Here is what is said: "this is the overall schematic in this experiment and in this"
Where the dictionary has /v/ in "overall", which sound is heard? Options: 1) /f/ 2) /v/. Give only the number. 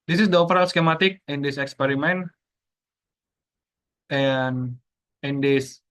1